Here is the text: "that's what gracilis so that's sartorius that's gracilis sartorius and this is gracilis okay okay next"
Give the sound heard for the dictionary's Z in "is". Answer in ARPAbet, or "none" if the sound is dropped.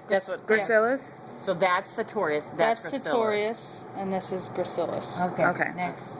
Z